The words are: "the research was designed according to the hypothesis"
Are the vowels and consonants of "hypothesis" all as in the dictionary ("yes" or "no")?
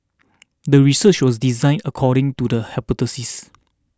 no